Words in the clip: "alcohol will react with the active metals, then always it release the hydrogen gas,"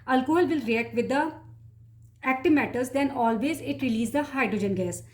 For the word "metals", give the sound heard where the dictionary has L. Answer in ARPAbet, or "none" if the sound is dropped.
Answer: none